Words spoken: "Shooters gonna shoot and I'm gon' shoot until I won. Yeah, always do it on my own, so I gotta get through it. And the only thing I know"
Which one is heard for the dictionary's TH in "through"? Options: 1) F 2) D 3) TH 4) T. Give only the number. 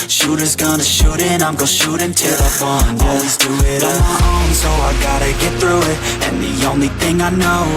3